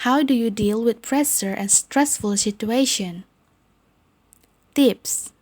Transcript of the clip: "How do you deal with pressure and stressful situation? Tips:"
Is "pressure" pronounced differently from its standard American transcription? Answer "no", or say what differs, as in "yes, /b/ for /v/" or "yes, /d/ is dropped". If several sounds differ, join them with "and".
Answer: yes, /s/ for /ʃ/